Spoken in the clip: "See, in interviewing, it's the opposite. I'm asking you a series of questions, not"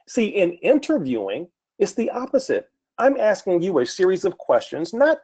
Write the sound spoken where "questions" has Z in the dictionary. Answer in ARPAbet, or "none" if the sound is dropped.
Z